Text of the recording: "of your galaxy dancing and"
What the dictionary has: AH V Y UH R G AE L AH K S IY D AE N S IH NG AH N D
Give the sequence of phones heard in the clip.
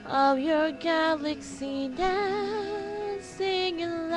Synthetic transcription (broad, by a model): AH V Y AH R G AE L AH K S IY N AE S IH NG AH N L